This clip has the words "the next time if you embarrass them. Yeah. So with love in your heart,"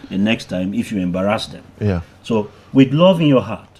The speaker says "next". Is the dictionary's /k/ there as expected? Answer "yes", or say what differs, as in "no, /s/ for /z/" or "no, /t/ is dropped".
yes